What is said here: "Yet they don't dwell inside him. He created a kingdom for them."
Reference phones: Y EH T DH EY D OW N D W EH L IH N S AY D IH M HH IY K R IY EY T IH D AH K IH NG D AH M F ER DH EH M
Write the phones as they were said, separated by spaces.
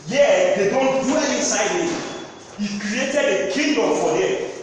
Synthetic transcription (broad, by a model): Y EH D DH EY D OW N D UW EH N IH N S AY D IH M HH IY K R IY EY T IH D AH K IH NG D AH M F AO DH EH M